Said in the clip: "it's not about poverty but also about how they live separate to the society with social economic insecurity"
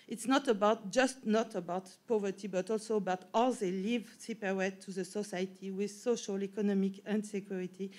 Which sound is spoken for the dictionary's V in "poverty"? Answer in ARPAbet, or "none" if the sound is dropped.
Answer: V